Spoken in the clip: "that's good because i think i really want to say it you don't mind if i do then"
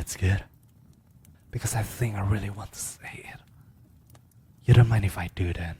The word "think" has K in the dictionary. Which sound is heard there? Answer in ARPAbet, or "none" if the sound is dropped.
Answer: K